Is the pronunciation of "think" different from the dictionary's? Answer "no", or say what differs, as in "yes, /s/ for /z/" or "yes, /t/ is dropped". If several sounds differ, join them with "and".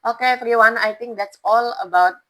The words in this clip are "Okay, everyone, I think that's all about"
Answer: yes, /t/ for /θ/